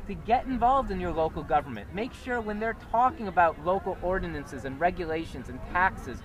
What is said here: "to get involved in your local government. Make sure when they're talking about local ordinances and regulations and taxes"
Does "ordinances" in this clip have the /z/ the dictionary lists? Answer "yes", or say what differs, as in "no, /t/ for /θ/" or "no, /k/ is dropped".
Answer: yes